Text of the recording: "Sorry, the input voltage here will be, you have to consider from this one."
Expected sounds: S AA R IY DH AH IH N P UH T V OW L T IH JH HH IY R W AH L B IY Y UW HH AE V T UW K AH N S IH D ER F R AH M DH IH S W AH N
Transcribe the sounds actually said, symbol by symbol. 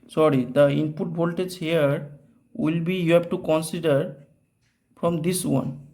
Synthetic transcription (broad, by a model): S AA R IY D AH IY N P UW T B OW L T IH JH HH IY R W AH L B IY Y UW HH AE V T UW K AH N S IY D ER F R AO M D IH S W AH N